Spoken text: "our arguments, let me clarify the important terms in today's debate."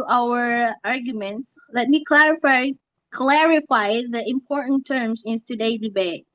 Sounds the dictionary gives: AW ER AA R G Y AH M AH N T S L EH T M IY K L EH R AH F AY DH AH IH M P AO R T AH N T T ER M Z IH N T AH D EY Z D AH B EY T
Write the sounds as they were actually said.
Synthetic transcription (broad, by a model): AW ER AA R G Y AH M AH N T S L EH T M IY K L EH R AH F AY DH AH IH M P AO R T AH N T T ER M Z IH N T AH D EY D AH B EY T